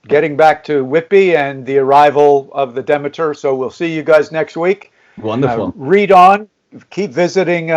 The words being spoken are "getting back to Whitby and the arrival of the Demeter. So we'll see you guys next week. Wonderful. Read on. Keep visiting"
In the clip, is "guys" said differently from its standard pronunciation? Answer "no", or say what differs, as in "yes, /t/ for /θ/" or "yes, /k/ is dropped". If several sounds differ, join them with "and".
no